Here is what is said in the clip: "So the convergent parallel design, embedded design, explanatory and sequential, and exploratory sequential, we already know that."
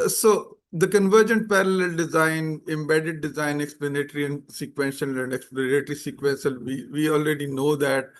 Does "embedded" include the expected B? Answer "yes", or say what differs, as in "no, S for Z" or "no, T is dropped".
yes